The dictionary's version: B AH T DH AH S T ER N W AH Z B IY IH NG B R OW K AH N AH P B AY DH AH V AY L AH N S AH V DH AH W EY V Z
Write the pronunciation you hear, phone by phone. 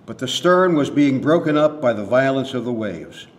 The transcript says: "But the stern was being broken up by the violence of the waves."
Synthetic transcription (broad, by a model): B AH T DH AH S T ER N W AH Z B IY IH NG B R OW K AH N AH P B AY DH AH V AY L AH N S AH V DH AH W EY V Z